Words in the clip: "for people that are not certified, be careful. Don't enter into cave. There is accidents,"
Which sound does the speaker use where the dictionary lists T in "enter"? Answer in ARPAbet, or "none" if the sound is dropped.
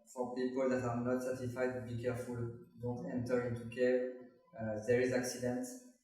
T